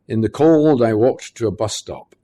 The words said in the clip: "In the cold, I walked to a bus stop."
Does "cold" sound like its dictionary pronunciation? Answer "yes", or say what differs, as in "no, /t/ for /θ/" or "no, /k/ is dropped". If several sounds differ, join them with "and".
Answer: yes